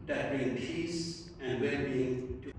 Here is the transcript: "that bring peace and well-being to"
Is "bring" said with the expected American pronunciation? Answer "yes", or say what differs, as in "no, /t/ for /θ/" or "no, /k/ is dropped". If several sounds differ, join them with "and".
no, /ɹ/ is dropped